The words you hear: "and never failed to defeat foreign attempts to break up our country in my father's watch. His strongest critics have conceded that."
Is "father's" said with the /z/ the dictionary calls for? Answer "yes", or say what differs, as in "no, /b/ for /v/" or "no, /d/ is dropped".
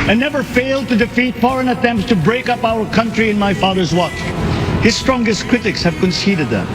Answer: yes